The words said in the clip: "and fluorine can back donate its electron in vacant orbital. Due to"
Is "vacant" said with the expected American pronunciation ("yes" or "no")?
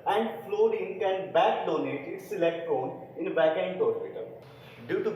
no